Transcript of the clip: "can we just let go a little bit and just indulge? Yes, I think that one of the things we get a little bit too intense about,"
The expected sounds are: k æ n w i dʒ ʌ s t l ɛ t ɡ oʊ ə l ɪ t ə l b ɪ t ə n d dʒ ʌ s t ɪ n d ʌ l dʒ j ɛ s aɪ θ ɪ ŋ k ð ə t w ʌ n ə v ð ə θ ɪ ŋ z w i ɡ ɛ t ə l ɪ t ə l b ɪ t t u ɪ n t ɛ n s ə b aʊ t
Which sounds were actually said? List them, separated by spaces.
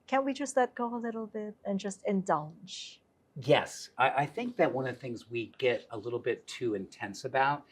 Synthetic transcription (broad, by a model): k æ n w i dʒ ʌ s t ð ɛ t ɡ oʊ ə l ɪ t l b ɪ t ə n dʒ ʌ s t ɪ n d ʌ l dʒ j ɛ s aɪ θ ɪ ŋ k ð ə t w ʌ n ə v θ ɪ ŋ z w i ɡ ɛ t ə l ɪ t l b ɪ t t u ɪ n t ɛ n s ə b aʊ t